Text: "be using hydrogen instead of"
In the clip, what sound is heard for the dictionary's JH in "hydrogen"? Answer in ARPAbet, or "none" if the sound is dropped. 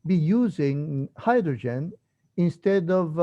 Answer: JH